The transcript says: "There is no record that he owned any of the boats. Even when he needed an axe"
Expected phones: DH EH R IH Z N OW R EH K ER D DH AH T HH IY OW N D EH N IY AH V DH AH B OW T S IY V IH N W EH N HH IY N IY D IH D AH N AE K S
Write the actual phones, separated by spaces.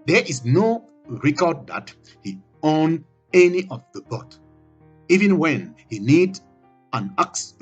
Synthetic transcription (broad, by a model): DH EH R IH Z N OW R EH K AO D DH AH T HH IY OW N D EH N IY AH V DH AH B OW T IY V IH N W EH N HH IY N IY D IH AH N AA K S